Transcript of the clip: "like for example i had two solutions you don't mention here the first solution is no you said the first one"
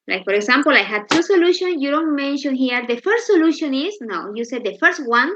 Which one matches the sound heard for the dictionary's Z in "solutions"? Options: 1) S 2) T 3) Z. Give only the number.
1